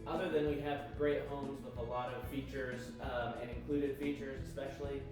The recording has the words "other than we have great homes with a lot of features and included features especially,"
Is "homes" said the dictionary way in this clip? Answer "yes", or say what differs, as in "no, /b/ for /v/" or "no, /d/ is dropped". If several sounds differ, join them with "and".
yes